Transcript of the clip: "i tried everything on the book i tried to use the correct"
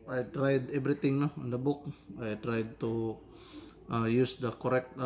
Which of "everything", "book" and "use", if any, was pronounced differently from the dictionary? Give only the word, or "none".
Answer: everything